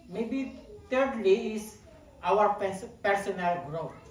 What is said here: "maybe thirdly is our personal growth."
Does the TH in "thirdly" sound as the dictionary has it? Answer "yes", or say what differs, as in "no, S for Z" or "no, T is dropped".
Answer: no, T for TH